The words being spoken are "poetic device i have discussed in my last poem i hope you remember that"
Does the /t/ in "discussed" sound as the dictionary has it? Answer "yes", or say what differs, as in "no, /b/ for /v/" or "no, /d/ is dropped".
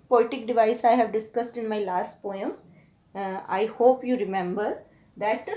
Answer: yes